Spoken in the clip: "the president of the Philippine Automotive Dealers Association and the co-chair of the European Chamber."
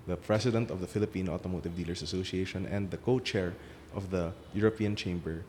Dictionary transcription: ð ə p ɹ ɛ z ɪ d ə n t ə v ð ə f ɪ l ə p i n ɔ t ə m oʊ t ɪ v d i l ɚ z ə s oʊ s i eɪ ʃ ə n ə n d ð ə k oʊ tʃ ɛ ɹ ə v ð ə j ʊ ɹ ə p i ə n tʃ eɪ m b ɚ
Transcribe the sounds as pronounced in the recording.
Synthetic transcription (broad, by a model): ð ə p ɹ ɛ s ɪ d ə n t ə v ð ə f ɪ l ə p i n ɔ t ə m oʊ t ɪ v d i l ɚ s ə s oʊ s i eɪ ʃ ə n ə n d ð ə k oʊ tʃ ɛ ɹ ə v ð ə j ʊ ɹ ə p i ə n tʃ eɪ m b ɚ